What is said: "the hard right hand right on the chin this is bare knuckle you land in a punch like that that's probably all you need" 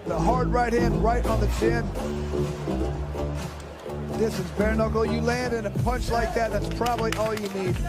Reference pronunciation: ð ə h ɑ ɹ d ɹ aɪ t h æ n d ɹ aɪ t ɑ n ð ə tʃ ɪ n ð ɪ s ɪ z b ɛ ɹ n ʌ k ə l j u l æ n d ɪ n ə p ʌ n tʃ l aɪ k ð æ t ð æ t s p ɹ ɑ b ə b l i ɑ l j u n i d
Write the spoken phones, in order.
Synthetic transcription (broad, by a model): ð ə h ɑ ɹ d ɹ aɪ t h æ n d ɹ aɪ t n ð ə tʃ ɪ n ð ɪ s ɪ z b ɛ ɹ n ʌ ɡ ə j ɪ l æ n d ɪ n ə p ʌ n tʃ l aɪ k ð æ t ð æ t s p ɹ ɑ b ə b l i ɑ l j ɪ n i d